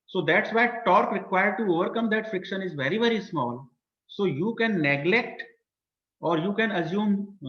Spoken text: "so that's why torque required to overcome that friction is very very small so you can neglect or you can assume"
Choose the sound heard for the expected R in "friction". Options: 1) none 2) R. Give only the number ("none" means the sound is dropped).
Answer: 2